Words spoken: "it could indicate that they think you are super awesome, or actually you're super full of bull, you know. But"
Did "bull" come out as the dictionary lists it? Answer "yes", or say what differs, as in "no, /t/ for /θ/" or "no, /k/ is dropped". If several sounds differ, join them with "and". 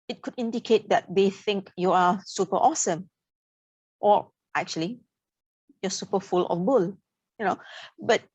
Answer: yes